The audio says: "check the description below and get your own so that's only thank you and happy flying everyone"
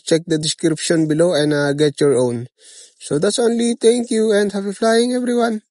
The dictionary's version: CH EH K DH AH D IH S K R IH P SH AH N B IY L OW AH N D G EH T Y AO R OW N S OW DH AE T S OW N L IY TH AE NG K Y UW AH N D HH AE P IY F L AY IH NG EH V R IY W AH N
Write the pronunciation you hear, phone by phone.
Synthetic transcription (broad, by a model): CH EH K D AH D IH S K R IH P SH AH N B IY L OW AH N D G EH T Y AO R OW N S OW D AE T S OW N L IY T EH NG K Y UW AH N D HH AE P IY F L AY IH NG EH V R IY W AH N